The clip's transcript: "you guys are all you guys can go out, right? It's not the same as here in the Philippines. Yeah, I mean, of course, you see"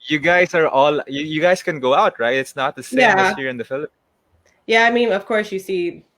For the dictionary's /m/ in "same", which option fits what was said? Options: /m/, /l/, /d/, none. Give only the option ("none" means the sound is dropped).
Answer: none